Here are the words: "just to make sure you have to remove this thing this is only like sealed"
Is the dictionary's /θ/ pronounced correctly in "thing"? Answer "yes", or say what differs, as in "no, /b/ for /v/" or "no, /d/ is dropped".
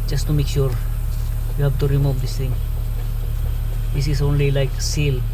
no, /t/ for /θ/